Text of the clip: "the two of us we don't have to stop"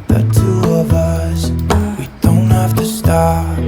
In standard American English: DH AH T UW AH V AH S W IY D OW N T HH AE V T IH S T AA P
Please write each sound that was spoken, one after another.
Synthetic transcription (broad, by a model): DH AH T UW AH V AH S W IY D OW N T HH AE F T IH S T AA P